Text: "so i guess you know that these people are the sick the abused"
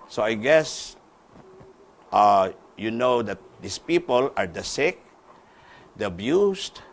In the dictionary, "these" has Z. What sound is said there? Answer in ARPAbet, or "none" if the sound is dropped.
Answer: S